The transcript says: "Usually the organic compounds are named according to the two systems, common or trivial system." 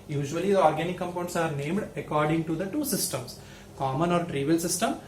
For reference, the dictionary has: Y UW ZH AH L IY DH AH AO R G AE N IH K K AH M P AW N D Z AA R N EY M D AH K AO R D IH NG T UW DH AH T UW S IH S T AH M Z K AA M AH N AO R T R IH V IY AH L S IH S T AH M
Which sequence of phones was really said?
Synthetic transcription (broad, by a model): Y UW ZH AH L IY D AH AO R G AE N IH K K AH M P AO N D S AA R N EY M D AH K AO R D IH NG T UW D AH T UW S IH S T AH M S K AA M AH N AO R T R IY V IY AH L S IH S T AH M